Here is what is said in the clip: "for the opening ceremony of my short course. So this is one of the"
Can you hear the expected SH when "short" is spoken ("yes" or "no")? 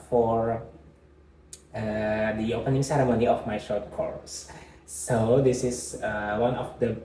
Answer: yes